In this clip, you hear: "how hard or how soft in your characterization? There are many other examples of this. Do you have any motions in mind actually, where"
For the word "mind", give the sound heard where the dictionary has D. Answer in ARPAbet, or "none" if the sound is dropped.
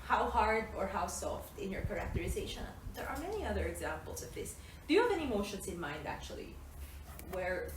D